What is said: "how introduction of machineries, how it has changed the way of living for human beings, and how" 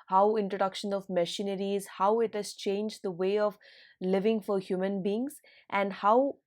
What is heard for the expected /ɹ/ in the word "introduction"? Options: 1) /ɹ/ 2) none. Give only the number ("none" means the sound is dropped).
1